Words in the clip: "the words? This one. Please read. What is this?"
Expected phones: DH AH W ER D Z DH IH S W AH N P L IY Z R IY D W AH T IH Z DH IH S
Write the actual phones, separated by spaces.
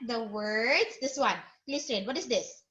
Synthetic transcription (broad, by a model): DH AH W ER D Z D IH S W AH N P L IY S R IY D W AH T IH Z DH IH S